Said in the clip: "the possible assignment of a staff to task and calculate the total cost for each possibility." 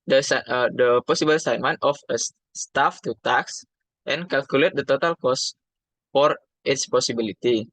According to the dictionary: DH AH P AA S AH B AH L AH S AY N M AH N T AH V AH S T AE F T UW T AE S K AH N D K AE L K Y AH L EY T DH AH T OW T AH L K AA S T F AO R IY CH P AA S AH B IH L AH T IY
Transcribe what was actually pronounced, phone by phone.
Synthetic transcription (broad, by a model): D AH P AA S AH B AH L S AY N M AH N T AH F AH S T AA F T UW T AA S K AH N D K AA L K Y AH L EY T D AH T OW T AH L K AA S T F AO R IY S P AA S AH B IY L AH T IY